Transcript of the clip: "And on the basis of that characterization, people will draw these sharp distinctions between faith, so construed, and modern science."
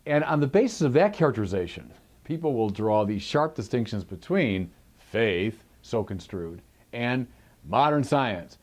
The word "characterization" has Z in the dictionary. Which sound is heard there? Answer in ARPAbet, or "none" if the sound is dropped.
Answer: Z